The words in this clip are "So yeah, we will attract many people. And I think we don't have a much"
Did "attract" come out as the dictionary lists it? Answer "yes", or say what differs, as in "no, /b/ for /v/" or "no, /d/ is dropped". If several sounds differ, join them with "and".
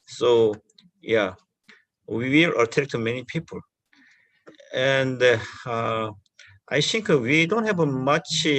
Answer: no, /ɹ/ is dropped